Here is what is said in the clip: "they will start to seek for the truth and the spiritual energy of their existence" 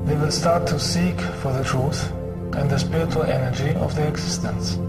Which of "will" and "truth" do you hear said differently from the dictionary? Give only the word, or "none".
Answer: none